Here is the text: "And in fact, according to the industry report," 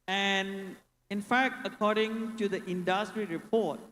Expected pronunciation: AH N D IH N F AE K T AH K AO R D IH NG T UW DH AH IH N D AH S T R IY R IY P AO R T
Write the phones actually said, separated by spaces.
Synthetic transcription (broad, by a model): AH N IH N F AE K T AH K AO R D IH NG T UW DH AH IH N D AH S T R IY R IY P AO T